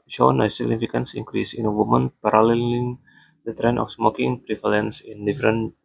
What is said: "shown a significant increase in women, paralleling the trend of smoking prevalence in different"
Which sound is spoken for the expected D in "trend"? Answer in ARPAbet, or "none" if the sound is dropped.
none